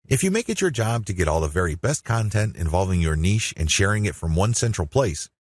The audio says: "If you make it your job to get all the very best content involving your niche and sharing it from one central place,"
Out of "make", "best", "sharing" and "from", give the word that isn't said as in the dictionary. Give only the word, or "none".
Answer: none